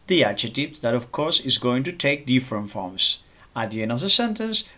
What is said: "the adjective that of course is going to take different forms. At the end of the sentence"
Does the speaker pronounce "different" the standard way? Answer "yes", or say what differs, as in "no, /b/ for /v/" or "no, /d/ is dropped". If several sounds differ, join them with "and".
yes